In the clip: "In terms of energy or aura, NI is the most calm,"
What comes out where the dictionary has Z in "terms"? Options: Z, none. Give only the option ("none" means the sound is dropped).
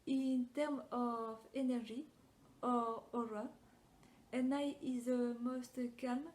none